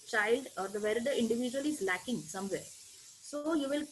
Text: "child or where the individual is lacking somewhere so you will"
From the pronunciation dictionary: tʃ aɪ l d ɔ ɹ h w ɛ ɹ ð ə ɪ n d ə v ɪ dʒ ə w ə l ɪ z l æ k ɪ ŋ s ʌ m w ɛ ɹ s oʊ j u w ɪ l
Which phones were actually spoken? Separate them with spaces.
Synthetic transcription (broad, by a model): tʃ aɪ l d ɔ ɹ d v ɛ ɹ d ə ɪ n d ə v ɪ dʒ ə ə l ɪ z l æ k ɪ ŋ s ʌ m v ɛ ɹ s oʊ j u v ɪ l